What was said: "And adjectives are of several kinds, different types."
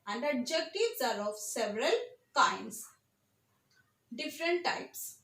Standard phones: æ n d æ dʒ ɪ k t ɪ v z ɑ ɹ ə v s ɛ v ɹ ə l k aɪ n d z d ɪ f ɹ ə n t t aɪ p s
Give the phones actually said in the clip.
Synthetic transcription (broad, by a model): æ n d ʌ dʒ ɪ k t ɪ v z ɑ ɹ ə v s ɛ v ɹ ə l k aɪ n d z d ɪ f ɹ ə n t t aɪ p s